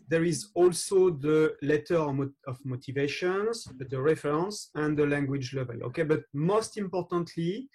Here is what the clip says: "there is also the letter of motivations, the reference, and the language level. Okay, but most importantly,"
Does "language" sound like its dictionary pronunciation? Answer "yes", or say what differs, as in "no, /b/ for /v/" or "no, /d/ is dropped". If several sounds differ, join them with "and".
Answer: yes